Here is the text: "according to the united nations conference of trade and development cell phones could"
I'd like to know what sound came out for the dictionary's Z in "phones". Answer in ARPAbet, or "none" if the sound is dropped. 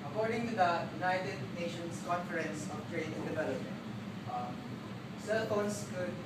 S